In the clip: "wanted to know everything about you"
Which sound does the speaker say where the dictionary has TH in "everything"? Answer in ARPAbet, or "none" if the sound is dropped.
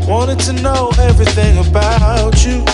TH